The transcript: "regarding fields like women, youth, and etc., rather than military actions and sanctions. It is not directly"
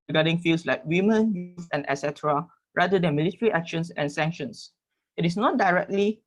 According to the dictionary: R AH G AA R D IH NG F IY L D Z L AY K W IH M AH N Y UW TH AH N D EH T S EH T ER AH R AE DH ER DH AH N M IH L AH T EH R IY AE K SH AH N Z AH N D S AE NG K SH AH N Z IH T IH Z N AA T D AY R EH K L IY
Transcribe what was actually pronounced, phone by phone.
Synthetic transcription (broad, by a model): R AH G AA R D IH NG F IY L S L AY K W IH M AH N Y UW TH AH N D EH S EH T ER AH R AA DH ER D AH N M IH L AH T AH R IY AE K SH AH N S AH N S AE NG K SH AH N S IH T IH S N AA T D AY R EH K L IY